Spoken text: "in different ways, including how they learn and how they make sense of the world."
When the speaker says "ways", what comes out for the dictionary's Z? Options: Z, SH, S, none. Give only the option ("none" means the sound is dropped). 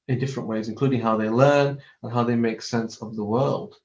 Z